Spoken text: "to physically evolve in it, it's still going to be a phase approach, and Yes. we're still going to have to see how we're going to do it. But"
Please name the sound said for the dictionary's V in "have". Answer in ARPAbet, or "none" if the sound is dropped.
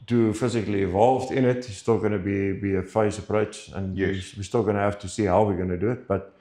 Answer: F